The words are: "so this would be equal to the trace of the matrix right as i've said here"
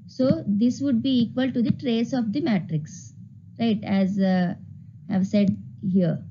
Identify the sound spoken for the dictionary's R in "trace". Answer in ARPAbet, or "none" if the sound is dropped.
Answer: R